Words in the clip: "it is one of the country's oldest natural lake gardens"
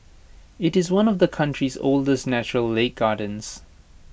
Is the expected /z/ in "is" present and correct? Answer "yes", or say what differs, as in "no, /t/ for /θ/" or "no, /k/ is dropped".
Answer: yes